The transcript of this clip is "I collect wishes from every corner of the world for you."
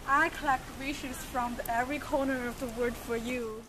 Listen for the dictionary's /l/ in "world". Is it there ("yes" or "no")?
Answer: no